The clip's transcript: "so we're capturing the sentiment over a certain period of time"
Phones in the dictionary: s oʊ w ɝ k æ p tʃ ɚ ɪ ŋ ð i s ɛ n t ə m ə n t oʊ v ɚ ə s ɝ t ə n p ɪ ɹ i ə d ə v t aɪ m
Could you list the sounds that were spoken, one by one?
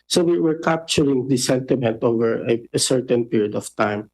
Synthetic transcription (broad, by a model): s oʊ w ɝ k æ p tʃ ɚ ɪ ŋ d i s ɛ n t ə m ə n t oʊ v ɚ ə s ɝ t ə n p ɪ ɹ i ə d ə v t aɪ m